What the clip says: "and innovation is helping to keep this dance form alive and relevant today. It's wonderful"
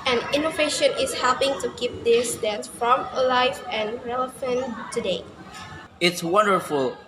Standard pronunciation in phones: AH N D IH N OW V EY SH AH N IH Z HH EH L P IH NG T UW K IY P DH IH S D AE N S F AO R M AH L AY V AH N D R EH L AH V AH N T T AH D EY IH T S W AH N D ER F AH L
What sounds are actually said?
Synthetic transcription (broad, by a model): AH N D IH N OW V EY SH AH N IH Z HH EH L P IH NG T UW K IY P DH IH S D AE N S F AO M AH L AY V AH N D R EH L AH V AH N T T AH D EY IH T S W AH N D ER F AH L